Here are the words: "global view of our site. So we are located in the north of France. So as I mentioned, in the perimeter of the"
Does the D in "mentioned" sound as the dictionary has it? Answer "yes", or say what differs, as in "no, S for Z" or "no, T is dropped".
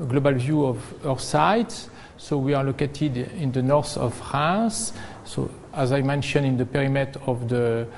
no, D is dropped